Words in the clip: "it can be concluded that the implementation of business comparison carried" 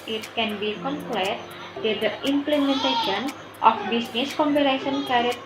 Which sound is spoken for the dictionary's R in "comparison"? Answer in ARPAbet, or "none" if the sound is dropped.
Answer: L